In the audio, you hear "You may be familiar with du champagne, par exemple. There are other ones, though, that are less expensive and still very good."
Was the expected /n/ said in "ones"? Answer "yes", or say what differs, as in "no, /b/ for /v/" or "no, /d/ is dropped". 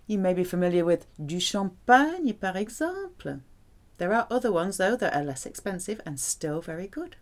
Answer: yes